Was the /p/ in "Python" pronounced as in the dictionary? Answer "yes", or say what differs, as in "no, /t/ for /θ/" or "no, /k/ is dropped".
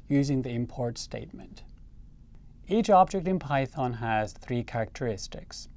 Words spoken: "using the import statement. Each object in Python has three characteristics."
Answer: yes